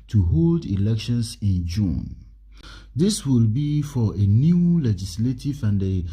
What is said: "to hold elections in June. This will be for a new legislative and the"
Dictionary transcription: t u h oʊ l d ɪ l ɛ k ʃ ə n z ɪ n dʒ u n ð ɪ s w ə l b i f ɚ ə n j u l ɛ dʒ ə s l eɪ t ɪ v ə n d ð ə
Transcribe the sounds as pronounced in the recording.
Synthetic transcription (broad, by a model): t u h oʊ l d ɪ l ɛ k ʃ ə n s ɪ n dʒ u n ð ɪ s w ə l b i f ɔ ə n j u l ɛ dʒ ə s l eɪ t ɪ v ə n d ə